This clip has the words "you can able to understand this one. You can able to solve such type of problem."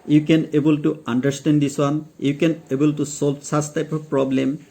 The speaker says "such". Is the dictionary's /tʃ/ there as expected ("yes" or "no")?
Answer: no